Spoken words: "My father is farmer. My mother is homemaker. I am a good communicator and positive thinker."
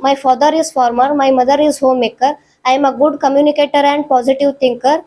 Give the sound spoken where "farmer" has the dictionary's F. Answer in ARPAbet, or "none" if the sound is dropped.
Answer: F